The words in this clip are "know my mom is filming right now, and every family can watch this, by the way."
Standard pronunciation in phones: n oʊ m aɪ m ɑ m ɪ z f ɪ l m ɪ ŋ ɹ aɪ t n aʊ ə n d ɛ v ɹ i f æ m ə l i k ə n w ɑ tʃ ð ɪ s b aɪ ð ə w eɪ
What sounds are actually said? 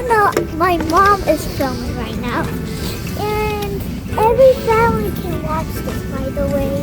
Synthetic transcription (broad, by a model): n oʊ m aɪ m ɑ m ɪ z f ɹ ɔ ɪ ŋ ɹ aɪ t n aʊ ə n ɛ v ɹ i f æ ə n k ə n w ɑ tʃ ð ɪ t b aɪ ð ə w eɪ